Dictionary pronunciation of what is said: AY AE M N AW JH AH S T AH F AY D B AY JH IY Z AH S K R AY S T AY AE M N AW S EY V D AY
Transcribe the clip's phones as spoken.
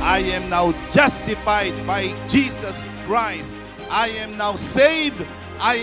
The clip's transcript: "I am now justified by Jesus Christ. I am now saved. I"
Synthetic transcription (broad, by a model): AY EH M N AW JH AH S T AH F AY D B AY JH IY S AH S K R AY S T AY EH M N AW S EY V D AY